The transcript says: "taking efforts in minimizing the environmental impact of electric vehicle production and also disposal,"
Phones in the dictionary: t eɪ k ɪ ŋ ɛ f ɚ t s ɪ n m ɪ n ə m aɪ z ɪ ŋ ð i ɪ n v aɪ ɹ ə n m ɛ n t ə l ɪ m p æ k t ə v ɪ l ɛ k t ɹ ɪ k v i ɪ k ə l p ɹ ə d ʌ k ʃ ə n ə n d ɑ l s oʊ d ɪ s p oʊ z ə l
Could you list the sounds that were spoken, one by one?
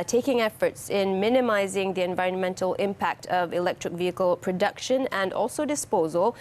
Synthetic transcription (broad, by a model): t eɪ k ɪ ŋ ɛ f ɚ t s ɪ n m ɪ n ə m aɪ z ɪ ŋ ð i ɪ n v aɪ ɹ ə n m ɛ n t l ɪ m p æ k t ə v ɪ l ɛ k t ɹ ɪ k v i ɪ k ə l p ɹ ə d ʌ k ʃ ə n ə n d ɑ l s oʊ d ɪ s p oʊ z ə l